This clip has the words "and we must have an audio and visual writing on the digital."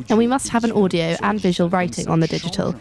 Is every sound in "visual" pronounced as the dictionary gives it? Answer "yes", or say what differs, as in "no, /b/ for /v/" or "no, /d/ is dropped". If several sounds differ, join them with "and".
yes